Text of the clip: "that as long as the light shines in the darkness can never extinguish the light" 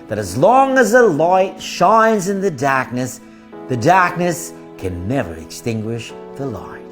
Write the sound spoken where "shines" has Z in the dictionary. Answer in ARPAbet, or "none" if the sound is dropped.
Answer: Z